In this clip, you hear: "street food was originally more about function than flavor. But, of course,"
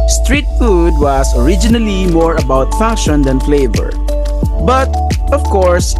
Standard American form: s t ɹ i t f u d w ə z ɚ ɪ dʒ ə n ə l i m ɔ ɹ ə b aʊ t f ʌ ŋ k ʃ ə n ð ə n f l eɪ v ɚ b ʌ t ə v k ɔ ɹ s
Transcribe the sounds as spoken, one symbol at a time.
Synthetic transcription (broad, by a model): s t ɹ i t f u d w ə s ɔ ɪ dʒ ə n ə l i m ɔ ɹ ə b aʊ t f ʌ ŋ k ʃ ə n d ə n f l eɪ v ɚ b ʌ t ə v k ɔ ɹ s